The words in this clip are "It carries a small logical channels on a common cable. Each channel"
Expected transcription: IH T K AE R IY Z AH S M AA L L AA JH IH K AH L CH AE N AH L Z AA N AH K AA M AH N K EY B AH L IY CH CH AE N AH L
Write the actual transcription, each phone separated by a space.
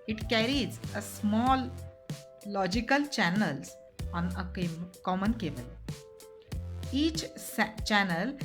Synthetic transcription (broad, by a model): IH T K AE R IY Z AH S M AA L L AA JH IH K AH L CH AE N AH L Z AA N AH K AA M AH N K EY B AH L IY CH CH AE N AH L